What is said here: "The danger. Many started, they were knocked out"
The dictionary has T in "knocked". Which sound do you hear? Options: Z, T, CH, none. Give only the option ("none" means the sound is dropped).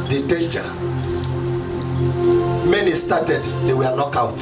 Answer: none